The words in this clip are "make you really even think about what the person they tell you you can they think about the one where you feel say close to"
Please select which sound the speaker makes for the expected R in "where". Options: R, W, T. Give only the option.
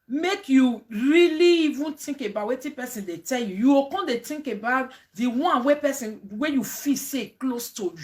W